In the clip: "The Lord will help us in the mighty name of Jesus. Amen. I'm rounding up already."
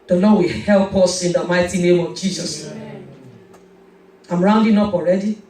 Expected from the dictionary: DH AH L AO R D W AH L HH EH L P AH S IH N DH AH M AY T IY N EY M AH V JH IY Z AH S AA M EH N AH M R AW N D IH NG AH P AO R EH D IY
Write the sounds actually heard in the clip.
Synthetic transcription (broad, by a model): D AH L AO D W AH HH EH L P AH S IH N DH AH M AY T IY N EY M AH V JH IY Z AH S AA AH M R AW N D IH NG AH P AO R EH D IY